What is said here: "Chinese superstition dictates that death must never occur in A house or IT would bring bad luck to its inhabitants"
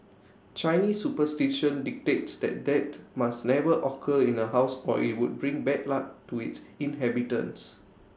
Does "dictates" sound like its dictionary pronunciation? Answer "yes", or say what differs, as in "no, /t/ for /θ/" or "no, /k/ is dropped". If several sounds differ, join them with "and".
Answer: yes